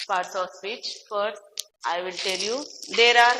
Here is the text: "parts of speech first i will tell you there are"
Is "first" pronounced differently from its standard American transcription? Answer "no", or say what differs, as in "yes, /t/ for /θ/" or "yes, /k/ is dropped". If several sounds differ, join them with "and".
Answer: yes, /s/ is dropped